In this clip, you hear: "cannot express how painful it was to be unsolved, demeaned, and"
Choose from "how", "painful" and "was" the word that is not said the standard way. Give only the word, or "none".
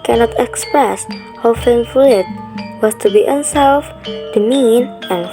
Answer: painful